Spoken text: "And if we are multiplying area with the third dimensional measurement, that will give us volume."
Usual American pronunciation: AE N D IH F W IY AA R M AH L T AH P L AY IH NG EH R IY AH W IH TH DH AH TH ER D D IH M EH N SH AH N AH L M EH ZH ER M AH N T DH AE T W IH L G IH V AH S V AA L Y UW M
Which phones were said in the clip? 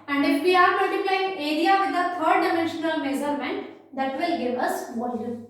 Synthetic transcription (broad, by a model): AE N D IH F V IY AA R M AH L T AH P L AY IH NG EH R IY AH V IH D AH T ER D D IH M EH N SH AH N AH L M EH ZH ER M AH N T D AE T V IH L G IH V AH S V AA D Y